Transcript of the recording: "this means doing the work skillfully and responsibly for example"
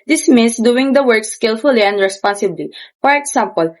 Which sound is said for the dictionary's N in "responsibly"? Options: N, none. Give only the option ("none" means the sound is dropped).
N